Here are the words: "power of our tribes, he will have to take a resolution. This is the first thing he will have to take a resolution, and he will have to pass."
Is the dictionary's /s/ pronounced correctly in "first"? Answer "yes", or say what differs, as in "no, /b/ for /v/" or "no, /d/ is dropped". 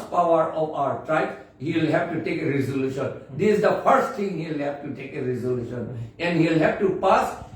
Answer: yes